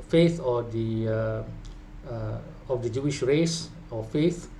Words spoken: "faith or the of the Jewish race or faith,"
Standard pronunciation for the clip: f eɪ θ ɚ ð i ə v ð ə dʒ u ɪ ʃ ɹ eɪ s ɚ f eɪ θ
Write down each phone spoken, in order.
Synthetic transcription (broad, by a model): f eɪ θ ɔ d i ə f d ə dʒ u ɪ ʃ ɹ eɪ s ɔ f eɪ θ